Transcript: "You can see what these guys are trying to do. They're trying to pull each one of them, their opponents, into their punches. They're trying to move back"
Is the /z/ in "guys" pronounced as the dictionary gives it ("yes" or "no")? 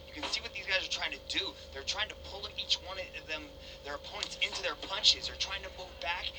yes